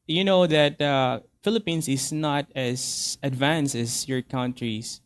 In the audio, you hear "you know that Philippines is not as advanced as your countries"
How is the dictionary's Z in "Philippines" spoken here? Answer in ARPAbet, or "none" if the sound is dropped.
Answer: S